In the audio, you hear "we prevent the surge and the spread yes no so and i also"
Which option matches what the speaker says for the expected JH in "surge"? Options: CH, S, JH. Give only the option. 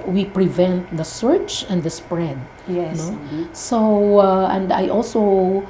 CH